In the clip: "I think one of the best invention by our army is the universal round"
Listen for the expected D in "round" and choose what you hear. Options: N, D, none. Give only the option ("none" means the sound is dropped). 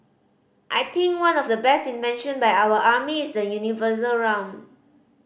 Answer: none